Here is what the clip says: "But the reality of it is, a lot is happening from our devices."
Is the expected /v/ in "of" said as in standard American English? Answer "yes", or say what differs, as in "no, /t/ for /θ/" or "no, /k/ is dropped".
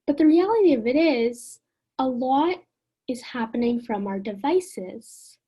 yes